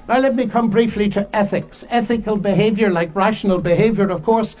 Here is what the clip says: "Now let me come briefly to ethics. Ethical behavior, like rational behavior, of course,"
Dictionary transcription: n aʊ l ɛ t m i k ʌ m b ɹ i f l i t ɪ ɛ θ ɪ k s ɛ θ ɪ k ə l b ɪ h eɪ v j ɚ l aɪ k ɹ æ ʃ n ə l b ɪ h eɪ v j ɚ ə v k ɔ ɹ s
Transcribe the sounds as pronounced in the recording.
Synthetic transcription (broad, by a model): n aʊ l ɛ t m i k ʌ m b ɹ i f l i t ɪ ɛ θ ɪ k s ɛ θ ɪ k ə l b ɪ h eɪ v j ɚ l aɪ k ɹ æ ʃ n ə l b ɪ h eɪ v j ɚ ə v k ɔ ɹ s